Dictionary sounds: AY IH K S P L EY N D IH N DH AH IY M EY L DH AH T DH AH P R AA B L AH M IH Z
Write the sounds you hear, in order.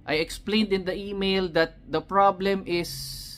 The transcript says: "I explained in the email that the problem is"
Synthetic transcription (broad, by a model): AY IH K S P L EY N D IH N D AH IY M EY L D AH T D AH P R AA B L AH M IH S